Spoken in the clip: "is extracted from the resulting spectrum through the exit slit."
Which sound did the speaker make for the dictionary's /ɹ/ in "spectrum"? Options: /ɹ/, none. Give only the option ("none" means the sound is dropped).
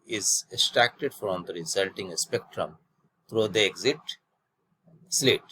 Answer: /ɹ/